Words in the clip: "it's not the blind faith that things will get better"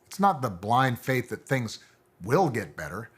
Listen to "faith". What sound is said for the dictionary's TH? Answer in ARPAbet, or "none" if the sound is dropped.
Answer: TH